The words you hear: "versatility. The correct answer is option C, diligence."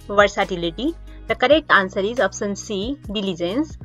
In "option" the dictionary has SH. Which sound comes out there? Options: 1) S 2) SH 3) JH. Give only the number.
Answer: 1